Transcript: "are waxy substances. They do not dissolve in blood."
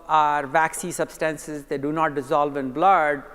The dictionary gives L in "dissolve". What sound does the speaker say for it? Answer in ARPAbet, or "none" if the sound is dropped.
L